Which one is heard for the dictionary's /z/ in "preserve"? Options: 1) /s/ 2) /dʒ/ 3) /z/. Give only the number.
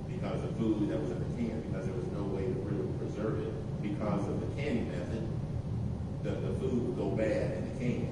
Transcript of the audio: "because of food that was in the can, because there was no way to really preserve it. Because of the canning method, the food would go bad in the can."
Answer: 3